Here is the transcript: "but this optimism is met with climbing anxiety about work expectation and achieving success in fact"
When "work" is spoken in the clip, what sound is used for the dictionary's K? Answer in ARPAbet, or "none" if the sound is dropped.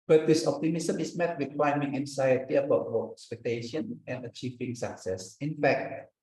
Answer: none